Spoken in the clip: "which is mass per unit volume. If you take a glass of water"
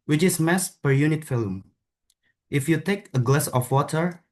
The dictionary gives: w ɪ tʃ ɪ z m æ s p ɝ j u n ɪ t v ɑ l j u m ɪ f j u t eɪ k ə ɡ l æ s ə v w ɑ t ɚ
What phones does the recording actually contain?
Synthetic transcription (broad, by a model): w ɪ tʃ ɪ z m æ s p ɝ j u n ɪ t f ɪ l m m ɪ f j u t eɪ k ə ɡ l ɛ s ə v w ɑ t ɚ